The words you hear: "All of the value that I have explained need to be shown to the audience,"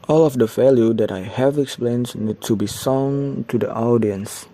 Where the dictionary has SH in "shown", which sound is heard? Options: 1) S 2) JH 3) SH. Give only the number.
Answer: 1